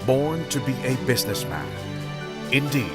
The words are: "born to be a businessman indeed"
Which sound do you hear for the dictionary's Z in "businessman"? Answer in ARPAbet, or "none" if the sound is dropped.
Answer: Z